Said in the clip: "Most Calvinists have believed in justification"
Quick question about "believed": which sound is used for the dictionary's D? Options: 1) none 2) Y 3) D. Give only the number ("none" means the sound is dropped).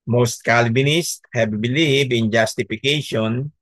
1